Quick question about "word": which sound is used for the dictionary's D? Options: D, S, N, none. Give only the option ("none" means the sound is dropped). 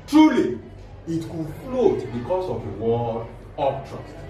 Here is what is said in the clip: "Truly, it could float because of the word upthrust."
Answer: none